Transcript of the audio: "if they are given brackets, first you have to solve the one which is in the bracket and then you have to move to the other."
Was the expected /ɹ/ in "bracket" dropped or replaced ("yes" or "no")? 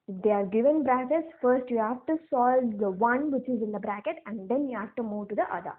no